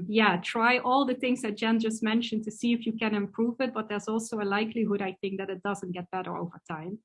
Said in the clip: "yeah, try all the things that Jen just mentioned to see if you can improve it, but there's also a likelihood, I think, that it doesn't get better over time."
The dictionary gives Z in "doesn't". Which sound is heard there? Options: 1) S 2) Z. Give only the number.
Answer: 2